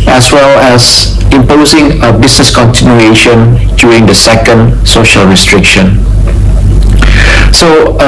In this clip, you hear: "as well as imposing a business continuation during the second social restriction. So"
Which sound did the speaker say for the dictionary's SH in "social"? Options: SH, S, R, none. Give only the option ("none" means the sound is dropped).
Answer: SH